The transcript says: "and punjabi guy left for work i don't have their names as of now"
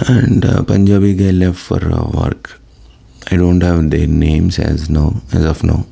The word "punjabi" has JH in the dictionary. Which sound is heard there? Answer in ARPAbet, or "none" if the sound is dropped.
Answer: JH